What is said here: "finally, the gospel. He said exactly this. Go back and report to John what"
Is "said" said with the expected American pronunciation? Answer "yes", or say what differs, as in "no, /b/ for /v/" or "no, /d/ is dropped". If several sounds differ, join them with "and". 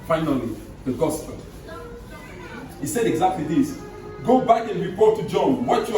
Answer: yes